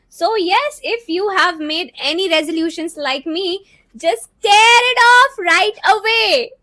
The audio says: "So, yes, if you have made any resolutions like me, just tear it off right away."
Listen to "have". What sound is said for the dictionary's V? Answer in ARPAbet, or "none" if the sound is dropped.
V